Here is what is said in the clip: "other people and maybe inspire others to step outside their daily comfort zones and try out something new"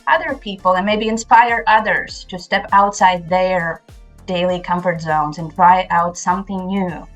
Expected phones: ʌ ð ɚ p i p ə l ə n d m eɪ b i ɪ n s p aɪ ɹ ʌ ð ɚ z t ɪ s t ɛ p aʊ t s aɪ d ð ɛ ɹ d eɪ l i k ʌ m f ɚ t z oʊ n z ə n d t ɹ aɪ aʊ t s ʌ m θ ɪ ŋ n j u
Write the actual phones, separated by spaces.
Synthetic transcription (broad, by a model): ʌ ð ɚ p i p l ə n m eɪ b i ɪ n s p aɪ ɹ ʌ ð ɚ z t ɪ s t ɛ p aʊ t s aɪ d ð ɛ ɹ d eɪ l i k ʌ m f ɚ t z oʊ n z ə n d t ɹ aɪ aʊ t s ʌ m θ ɪ ŋ n j u